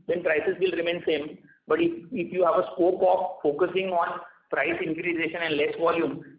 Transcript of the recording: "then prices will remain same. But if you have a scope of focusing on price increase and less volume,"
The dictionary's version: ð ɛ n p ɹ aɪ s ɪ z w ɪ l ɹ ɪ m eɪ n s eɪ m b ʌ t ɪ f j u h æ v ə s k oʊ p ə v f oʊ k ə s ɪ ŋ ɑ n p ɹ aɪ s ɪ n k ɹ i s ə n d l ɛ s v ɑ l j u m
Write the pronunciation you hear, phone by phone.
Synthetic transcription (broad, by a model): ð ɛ n p ɹ aɪ s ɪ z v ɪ l ɹ ɪ m eɪ n s eɪ m b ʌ t ɪ f j u h æ v ə s k oʊ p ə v f oʊ k ə s ɪ ŋ ɑ n p ɹ aɪ s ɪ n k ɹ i ʃ ə n d l ɛ s v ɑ l j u m